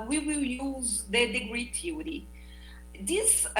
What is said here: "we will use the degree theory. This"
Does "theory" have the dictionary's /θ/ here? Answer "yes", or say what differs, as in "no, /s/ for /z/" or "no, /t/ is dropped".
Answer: no, /t/ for /θ/